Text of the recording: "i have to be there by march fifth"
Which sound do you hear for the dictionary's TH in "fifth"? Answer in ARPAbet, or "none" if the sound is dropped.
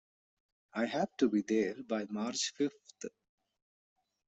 T